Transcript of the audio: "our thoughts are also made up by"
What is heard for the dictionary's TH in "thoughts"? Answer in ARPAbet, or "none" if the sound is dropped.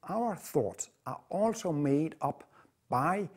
TH